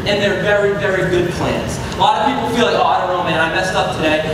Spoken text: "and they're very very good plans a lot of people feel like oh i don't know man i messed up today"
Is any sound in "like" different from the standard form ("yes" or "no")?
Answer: yes